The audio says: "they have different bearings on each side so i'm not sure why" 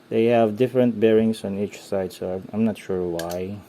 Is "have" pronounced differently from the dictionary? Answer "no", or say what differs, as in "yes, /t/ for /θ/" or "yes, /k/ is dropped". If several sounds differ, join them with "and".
no